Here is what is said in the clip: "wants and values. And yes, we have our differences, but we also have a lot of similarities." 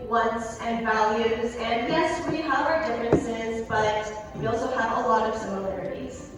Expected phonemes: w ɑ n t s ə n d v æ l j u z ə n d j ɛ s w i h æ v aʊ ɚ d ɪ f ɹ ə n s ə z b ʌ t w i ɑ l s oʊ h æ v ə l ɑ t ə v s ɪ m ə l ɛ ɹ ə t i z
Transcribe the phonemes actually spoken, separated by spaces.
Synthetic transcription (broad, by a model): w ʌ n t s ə n v æ l j u z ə n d j ɛ s w i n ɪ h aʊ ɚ d ɪ f ɹ ə n s ə z b ʌ t w i ɑ l s oʊ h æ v ə l ɑ t ə v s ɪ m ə l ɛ ɹ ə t i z